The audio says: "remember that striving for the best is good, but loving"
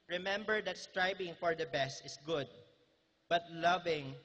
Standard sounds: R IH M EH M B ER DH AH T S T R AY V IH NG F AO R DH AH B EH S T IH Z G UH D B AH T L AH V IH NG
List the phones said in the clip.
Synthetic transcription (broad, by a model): R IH M EH M B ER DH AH T S T R AY B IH NG F AO R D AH B EH S T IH S G UH D B AH T L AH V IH NG